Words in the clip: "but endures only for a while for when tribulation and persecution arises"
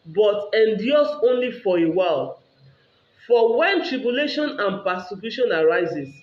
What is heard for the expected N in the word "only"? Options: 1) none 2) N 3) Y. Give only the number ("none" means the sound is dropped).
2